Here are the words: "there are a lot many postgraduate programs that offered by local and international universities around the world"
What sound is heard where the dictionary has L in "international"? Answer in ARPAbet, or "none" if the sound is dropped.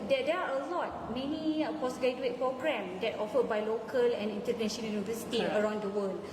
N